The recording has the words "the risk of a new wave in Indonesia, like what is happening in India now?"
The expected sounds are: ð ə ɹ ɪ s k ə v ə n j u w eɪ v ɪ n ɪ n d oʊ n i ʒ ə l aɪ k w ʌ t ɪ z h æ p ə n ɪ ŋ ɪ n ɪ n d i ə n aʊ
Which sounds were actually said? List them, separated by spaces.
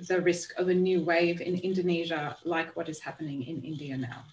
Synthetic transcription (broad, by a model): ð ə ɹ ɪ s k ə v ə n j u w eɪ v ɪ n ɪ n d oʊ n i ʒ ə l aɪ k w ʌ t ɪ z h æ p ə n ɪ ŋ ɪ n ɪ n d i ə n aʊ